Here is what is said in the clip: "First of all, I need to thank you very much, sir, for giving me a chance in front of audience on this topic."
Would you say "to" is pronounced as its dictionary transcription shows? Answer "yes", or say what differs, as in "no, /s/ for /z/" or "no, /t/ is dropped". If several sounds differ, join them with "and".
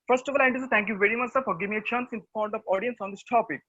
no, /s/ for /t/